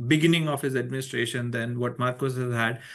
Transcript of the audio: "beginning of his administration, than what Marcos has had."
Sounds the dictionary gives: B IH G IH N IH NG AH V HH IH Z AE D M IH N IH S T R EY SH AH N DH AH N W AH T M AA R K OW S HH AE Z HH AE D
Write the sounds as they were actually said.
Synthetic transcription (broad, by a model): B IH G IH N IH NG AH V HH IH Z AE D M IH N IH S T R EY SH AH N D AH N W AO T M AA R K OW S HH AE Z HH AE D